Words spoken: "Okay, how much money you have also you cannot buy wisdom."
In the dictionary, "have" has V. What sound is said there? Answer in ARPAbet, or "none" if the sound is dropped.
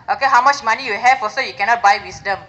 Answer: F